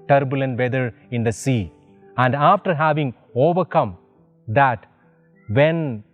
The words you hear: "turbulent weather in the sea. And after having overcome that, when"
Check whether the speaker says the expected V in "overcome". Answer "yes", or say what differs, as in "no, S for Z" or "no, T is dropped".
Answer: yes